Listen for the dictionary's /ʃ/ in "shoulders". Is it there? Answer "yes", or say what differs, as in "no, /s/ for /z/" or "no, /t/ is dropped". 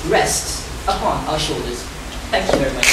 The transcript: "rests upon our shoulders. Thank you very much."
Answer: yes